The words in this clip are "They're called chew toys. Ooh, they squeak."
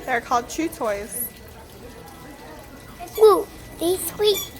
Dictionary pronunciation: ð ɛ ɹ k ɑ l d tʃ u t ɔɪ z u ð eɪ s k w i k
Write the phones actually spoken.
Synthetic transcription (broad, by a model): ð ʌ ɹ k ɑ l d tʃ u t ɔɪ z u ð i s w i